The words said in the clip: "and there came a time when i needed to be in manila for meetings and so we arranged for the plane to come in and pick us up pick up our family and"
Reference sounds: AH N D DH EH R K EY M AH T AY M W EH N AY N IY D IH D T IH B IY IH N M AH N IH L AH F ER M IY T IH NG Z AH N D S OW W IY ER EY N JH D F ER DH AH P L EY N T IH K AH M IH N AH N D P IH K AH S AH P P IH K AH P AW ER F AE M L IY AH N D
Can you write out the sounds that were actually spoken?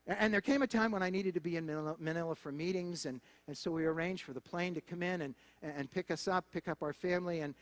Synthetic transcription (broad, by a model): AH N DH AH R K EY M AH T AY M W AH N AY N IY D IH D T IH B IY IH N M AH N IH L AH F ER M IY T IH NG Z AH N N S OW W IY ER EY N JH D F ER DH AH P L EY N T IH K AH M IH N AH N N P IH K AH S AH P P IH K AH P AW ER F AE M L IY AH N